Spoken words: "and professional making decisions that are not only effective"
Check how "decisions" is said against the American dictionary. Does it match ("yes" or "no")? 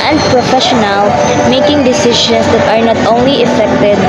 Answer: no